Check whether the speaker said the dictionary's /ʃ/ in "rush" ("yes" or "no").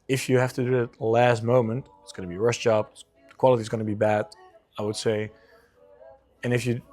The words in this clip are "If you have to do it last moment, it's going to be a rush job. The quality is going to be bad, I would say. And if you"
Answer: no